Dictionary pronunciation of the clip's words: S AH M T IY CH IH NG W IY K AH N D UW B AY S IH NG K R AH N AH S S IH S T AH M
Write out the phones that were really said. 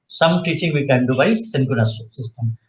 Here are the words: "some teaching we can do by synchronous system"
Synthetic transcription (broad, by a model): S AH M T IY CH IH NG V IY K AH N D UW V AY S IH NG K AH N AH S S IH S T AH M